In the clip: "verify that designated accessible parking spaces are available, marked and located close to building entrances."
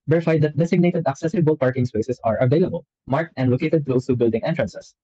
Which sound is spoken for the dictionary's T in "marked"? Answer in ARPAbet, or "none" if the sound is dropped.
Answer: T